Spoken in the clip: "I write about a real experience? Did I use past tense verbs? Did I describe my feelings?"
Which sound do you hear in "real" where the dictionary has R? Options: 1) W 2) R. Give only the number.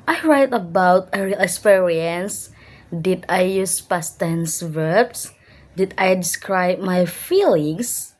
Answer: 2